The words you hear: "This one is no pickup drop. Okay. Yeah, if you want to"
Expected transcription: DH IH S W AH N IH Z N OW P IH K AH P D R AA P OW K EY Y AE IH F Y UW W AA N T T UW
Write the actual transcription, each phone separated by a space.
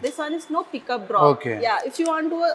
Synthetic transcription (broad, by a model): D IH S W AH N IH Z N OW P IH K AH P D R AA OW K EY Y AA IH F Y UW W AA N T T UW